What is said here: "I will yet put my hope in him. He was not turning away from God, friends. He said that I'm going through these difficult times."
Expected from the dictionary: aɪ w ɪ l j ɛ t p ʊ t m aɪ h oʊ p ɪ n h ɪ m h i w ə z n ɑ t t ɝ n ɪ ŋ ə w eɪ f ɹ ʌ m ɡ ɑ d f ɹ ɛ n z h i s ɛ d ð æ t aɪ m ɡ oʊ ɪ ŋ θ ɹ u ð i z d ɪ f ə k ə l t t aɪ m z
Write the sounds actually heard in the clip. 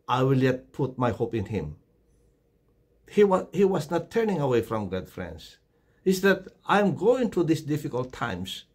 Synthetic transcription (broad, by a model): aɪ w ɪ l j ɛ t p ʊ t m aɪ h oʊ p ɪ n h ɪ m h i w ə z n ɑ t t ɝ n ɪ ŋ ə w eɪ f ɹ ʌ m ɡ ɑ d f ɹ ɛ n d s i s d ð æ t aɪ m ɡ oʊ ɪ ŋ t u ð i s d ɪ f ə k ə l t t aɪ m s